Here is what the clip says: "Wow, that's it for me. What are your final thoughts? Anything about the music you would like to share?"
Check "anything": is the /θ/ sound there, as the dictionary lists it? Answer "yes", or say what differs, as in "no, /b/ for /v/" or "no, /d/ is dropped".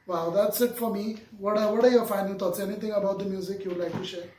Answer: no, /t/ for /θ/